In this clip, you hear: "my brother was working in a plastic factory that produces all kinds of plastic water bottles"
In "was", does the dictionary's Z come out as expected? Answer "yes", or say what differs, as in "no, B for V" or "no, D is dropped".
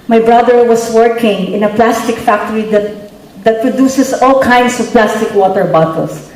no, S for Z